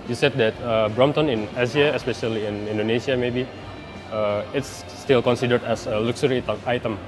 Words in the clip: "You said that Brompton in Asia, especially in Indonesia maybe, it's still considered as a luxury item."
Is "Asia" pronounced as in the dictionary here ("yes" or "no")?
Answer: no